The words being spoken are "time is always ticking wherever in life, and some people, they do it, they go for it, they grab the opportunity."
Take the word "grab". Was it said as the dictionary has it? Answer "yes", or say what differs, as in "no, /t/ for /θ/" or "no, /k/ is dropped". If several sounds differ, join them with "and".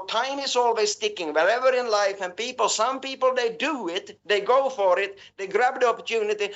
yes